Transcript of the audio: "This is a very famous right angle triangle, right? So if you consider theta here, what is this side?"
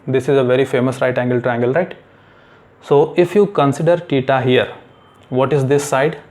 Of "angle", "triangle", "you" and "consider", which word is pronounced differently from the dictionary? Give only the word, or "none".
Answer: triangle